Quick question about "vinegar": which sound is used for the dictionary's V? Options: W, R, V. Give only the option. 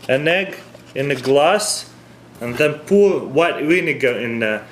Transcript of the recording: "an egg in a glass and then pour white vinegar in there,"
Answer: W